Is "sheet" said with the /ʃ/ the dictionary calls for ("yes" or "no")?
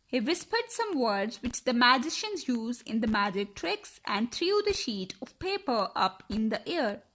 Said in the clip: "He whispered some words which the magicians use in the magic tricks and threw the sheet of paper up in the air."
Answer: yes